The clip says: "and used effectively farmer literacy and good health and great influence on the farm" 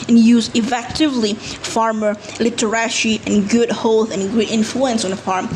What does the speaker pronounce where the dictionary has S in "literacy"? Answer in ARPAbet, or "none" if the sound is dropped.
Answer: SH